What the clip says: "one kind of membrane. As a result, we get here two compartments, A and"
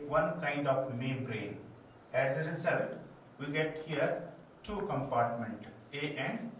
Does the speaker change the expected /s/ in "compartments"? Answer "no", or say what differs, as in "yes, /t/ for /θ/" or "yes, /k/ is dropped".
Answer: yes, /s/ is dropped